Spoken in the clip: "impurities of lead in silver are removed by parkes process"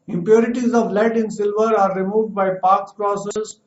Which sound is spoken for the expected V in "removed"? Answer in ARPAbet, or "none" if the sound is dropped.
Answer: V